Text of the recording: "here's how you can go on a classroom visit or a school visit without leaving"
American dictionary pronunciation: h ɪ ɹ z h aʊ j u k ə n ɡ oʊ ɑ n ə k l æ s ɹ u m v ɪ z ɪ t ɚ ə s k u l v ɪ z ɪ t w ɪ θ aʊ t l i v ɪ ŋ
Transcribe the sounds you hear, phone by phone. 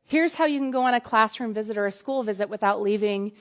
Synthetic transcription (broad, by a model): h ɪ ɹ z h aʊ j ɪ k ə n ɡ oʊ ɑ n ə k l æ s ɹ u m v ɪ z ɪ t ɚ ə s k u l v ɪ z ɪ t w ɪ θ aʊ t l i v ɪ ŋ